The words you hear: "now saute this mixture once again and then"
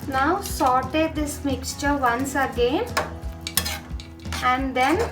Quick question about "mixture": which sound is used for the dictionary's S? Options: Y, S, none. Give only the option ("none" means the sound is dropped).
S